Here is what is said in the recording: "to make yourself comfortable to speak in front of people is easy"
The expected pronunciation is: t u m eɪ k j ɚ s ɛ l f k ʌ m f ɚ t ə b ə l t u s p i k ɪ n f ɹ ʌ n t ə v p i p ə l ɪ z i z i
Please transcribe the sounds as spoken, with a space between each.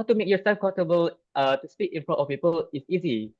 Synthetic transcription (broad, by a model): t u m eɪ k j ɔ s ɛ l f k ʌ f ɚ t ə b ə l t u s p i k ɪ n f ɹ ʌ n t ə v p i p ə l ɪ s i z i